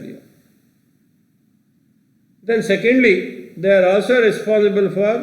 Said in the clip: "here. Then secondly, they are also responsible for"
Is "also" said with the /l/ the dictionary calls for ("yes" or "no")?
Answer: yes